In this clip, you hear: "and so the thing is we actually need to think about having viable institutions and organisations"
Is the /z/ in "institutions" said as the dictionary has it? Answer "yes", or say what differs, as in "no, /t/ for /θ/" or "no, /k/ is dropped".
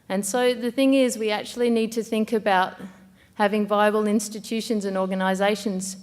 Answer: yes